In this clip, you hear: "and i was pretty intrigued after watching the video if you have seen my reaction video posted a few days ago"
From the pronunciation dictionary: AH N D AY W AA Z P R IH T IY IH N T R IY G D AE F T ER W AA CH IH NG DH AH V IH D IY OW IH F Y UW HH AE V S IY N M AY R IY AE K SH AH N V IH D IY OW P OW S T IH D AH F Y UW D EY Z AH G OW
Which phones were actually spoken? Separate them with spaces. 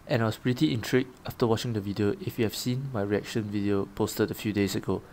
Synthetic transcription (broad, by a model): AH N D AY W AA S P R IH T IY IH N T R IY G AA F T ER W AA CH IH NG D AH V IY D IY OW IH F Y UW HH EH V S IY N M AY R IY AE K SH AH N V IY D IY OW P OW S T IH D AH F Y UW D EY S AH G OW